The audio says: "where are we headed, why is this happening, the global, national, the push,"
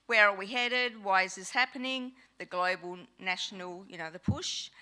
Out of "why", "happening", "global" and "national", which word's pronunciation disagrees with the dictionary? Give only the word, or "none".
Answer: national